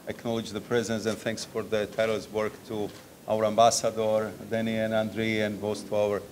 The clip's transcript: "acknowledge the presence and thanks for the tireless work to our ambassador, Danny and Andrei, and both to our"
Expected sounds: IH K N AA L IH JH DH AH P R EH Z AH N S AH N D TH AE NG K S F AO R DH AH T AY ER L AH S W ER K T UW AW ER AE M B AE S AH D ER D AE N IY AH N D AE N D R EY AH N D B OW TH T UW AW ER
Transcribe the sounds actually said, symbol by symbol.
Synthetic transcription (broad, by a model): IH K N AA L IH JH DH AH P R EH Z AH N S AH N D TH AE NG K S F AO R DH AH T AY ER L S W ER K T UW AW ER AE M B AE S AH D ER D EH N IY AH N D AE N D R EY AH N D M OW S T UW AW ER